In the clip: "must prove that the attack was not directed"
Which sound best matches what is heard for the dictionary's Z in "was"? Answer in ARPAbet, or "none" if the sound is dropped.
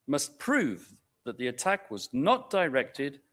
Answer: Z